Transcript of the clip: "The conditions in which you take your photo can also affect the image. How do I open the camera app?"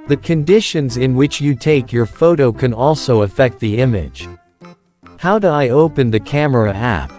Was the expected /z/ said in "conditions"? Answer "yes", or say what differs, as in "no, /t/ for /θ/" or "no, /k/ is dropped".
yes